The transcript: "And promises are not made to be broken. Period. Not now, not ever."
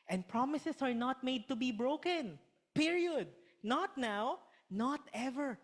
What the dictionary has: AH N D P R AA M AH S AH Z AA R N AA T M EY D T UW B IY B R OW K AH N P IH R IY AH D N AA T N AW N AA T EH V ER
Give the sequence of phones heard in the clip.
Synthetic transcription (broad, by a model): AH N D P R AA M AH S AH S AA R N AA T M EY D T UW B IY B R OW K AH N P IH R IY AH D N AA T N AW N AA T EH V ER